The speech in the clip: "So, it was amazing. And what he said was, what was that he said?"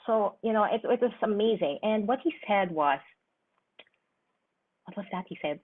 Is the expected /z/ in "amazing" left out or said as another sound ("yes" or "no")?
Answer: no